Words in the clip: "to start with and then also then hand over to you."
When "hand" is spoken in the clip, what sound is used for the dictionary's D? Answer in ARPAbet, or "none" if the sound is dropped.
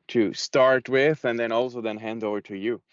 D